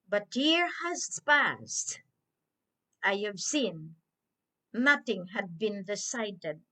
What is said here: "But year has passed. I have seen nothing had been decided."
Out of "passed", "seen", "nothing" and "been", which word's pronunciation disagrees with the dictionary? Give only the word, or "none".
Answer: none